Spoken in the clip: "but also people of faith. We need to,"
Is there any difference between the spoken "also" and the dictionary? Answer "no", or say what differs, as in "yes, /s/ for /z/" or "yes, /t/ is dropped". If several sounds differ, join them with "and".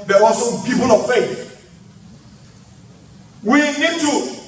yes, /l/ is dropped